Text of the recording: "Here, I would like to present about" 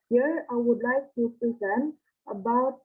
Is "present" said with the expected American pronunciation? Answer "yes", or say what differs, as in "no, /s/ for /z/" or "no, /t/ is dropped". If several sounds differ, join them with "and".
yes